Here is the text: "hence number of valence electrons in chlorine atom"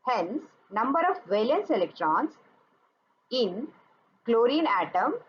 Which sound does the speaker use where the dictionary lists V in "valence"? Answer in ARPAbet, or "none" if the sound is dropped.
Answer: V